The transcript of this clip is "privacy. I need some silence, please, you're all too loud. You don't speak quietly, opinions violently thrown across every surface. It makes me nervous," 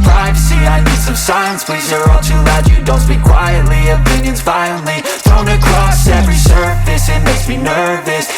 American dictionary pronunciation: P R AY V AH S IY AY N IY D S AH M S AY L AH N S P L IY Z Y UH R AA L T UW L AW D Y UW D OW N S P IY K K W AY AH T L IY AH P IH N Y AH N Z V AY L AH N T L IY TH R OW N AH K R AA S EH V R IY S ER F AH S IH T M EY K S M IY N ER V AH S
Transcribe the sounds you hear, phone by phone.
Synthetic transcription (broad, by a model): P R AY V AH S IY AY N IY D S AH M S AY AH N S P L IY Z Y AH R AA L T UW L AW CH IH D OW N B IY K K W AY AH T L IY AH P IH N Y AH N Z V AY AH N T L IY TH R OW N AH K R AA S EH V R IY S ER F AH S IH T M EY S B IY N ER V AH S